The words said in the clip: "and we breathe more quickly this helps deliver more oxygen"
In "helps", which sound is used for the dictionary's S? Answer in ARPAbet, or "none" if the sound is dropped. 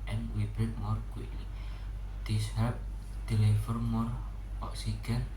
none